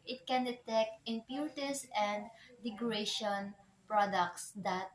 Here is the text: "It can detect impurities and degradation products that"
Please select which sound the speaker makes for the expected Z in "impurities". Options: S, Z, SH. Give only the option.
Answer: S